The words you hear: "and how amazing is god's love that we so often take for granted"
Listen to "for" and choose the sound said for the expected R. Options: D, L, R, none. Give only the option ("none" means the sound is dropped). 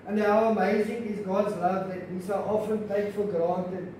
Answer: L